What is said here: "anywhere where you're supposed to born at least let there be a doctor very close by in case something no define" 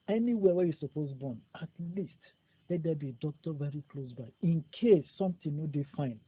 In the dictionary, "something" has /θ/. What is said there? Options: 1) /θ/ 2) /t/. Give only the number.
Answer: 2